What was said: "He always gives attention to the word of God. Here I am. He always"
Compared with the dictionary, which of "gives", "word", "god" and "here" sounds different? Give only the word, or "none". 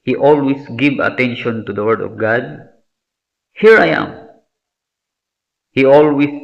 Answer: gives